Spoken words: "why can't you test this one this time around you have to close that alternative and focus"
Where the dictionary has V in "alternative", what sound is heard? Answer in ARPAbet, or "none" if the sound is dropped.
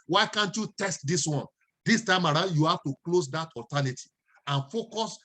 none